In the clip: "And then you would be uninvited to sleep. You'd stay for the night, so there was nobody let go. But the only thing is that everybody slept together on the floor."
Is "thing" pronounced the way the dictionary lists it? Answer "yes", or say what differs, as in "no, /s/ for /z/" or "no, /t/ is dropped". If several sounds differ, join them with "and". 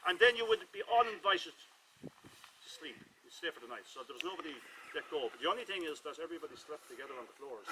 yes